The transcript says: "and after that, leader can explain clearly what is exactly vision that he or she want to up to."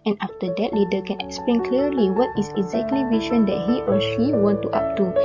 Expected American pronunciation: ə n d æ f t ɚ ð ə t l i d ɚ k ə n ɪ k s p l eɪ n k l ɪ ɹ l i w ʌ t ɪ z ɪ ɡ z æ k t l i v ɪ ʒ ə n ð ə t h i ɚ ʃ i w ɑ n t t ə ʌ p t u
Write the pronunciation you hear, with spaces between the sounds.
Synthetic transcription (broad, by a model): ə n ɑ f t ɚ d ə t l i d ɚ k ə n ɪ k s p l eɪ n k l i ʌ l i w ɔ t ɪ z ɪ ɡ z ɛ k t l i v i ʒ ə n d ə t h i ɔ ʃ i w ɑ n t t ə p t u